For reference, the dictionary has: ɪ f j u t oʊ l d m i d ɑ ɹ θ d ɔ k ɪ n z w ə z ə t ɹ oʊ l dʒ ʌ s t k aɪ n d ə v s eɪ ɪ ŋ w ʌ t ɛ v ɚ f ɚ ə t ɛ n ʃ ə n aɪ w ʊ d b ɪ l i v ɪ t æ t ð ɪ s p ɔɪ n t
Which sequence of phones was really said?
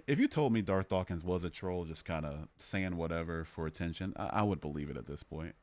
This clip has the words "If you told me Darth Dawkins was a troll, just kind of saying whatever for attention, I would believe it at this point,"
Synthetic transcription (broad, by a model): ɪ f j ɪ t oʊ l d m i d ɑ ɹ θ d ɔ k ɪ n z w ə z ə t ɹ oʊ l dʒ ʌ s k aɪ n d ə s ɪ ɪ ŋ w ʌ t ɛ v ɚ f ɚ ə t ɛ n ʃ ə n aɪ w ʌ d b ɪ l i v ɪ t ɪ t ð ɪ s p ɔɪ n t